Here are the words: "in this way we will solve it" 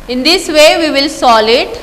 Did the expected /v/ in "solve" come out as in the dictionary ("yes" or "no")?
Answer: no